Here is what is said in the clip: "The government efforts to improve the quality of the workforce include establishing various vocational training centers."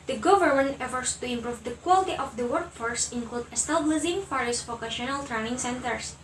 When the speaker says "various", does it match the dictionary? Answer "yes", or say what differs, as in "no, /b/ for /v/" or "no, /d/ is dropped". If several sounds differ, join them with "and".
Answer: no, /f/ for /v/